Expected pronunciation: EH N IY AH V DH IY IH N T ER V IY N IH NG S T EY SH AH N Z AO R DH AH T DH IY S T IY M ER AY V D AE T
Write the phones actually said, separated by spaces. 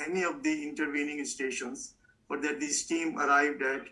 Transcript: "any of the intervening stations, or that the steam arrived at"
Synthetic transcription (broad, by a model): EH N IY AH V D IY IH N T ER V IY N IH NG S T EY SH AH N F AO R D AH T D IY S T IY M ER AY V D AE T